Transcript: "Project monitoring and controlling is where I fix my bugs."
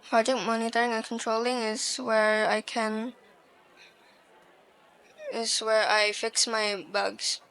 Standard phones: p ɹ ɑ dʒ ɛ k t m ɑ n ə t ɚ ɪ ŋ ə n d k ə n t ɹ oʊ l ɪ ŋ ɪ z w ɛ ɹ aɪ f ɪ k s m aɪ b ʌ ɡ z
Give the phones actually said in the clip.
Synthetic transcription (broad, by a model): p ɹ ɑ dʒ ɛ k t m ɑ n ə t ɚ ɪ ŋ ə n k ə n t ɹ oʊ l ɪ ŋ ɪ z w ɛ ɹ aɪ f ɪ k s m aɪ b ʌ ɡ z